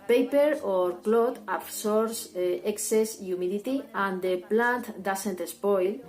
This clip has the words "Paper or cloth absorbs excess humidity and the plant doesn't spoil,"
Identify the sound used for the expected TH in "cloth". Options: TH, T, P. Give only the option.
T